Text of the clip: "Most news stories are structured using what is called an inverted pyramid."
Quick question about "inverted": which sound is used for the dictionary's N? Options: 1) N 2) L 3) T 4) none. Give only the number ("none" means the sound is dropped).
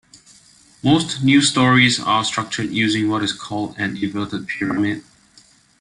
4